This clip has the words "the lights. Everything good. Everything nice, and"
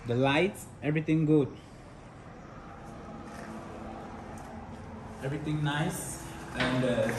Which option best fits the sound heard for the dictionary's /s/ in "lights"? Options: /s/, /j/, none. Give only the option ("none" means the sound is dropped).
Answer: /s/